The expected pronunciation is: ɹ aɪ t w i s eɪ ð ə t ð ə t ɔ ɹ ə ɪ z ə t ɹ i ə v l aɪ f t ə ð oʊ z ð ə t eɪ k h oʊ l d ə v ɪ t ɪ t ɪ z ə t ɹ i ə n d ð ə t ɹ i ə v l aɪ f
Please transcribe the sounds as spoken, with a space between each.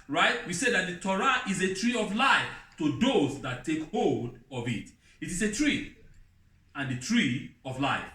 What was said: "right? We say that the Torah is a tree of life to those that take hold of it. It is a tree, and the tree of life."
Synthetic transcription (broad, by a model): ɹ aɪ t w i s eɪ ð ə t ð ə t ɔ ɹ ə ɪ z ə t ɹ i ə v l aɪ f t ə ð oʊ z ð ə t eɪ k h oʊ l d ə v ɪ t ɪ t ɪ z ə t ɹ i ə n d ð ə t ɹ i ə v l aɪ f